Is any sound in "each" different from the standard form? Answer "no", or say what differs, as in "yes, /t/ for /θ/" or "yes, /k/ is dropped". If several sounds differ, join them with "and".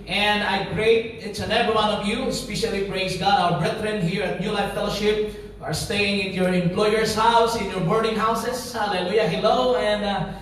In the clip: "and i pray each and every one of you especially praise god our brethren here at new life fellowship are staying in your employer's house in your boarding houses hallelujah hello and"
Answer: yes, /s/ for /tʃ/